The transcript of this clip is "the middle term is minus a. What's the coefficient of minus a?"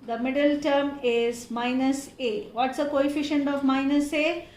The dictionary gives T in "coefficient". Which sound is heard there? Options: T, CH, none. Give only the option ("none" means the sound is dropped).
T